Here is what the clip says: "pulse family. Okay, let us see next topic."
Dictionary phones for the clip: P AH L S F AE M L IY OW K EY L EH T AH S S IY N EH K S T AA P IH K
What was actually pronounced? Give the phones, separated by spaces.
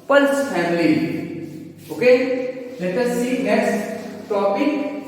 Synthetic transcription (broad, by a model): P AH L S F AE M L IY OW K EY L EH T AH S S IY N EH S T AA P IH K